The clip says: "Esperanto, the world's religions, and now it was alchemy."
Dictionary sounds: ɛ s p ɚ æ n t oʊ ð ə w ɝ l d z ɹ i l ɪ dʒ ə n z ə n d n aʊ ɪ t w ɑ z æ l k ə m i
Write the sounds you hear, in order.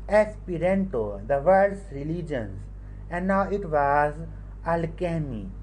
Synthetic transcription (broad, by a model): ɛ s p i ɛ n t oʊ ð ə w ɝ d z ɹ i l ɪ dʒ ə n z ə n d n aʊ ɪ t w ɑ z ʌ l k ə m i